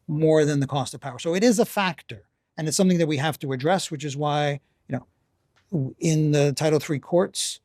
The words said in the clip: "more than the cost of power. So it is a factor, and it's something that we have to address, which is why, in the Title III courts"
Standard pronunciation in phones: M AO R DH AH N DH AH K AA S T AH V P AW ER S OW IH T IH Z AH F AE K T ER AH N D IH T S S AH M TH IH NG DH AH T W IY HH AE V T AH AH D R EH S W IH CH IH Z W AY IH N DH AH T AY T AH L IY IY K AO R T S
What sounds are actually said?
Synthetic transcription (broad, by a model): M AO R DH AH N DH AH K AA S T AH V P AW ER S OW IH T IH Z AH F AE K T ER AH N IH T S S AH M TH IH NG DH AH T W IY HH AE F T AH AH D R EH S W IH CH IH Z W AY IH N DH AH T AY T L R IY K AO R T S